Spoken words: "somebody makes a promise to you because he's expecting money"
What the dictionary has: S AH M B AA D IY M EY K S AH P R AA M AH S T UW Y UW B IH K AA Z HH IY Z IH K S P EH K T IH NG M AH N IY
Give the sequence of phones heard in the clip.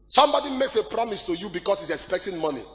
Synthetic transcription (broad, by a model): S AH M B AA D IY M EY K S AH P R AA M AH S T UW Y UW B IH K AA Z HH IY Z IH K S P EH K T IH NG M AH N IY